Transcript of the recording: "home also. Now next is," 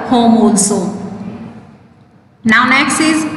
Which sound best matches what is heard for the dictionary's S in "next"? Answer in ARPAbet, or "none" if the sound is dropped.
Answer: S